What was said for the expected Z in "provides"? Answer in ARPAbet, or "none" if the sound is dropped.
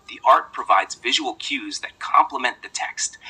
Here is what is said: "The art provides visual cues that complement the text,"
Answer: Z